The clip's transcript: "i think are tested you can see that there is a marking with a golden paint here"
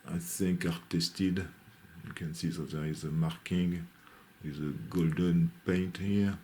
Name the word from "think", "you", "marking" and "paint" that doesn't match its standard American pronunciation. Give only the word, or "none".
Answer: think